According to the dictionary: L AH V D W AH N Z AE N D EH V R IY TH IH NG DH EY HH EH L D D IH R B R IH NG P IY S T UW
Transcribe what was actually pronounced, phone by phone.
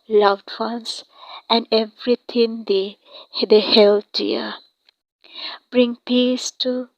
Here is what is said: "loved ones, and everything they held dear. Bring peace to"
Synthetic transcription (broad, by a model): L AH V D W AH N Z AE N D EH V R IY T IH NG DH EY HH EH L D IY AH B R IH NG P IY S T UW